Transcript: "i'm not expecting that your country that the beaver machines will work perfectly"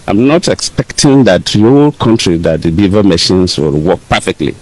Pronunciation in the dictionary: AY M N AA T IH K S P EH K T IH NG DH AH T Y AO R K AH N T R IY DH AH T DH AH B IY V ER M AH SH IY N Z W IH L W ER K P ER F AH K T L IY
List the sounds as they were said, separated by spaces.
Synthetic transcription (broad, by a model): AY M N AA T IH K S P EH K T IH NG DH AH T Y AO L K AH N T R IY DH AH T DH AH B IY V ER M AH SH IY N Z W IH L W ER K P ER F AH K T L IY